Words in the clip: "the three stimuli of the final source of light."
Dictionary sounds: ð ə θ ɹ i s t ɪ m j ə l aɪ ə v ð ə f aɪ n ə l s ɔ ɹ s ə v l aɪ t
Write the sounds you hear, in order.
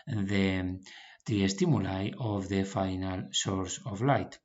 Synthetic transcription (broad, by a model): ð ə t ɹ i s t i m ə l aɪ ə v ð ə f aɪ n ə l s ɔ ɹ s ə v l aɪ t